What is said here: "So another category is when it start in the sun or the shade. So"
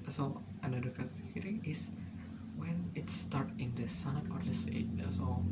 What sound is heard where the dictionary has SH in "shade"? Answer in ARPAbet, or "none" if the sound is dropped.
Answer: S